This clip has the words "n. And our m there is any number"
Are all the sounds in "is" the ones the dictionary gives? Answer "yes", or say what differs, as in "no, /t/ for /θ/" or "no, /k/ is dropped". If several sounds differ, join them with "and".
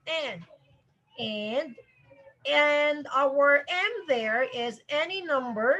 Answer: yes